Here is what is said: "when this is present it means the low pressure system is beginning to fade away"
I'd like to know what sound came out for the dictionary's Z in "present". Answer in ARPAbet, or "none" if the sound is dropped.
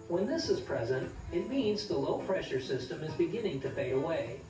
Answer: Z